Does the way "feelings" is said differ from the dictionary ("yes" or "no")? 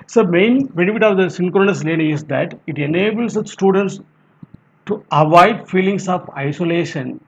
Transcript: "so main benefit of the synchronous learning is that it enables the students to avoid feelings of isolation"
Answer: yes